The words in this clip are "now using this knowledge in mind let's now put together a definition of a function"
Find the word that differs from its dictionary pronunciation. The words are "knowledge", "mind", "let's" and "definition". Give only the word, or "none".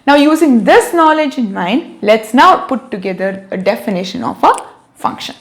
none